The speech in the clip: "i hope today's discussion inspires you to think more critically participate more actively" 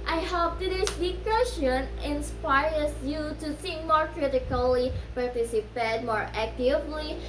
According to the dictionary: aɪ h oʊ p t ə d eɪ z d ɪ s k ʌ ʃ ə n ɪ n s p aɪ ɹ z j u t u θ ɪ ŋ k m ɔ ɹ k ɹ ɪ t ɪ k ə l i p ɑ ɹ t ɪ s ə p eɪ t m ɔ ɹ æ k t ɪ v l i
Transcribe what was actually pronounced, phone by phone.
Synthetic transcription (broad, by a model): aɪ h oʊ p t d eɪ s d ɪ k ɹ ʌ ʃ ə n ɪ n s p aɪ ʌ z j u t u s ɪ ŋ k m ɔ ɹ k ɹ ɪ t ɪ k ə l i p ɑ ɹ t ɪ s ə p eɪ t m ɔ ɹ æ k t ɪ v l i